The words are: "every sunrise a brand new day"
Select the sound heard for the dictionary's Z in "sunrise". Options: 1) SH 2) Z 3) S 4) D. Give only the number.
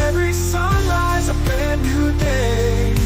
2